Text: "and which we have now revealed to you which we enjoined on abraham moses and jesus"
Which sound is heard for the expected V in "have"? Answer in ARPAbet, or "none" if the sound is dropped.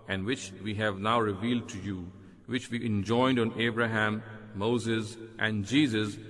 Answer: V